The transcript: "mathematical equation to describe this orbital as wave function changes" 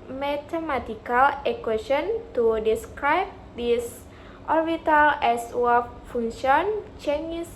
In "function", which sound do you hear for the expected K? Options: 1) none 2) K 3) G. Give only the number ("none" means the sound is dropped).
1